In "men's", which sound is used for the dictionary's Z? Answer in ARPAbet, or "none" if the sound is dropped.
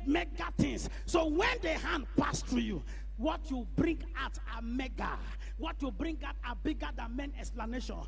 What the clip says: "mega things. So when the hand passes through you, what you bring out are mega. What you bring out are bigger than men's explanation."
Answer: none